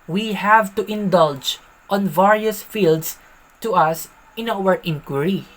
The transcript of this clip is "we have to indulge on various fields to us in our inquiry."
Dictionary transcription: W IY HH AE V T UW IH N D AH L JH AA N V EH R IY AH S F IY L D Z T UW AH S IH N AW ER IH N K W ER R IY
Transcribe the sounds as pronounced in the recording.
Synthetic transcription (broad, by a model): W IY HH AE V T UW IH N D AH L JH AA N V EH R IY AH S F IY L D S T UW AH S IH N AW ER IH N K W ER R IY